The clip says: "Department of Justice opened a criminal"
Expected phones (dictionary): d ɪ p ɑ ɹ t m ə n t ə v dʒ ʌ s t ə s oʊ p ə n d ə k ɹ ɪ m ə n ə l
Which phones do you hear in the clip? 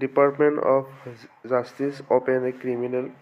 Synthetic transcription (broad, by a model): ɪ p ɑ ɹ t m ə n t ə p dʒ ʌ s t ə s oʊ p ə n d ə k ɹ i m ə n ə l